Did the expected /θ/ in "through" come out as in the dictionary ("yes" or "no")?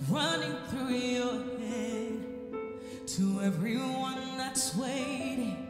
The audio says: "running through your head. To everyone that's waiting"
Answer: yes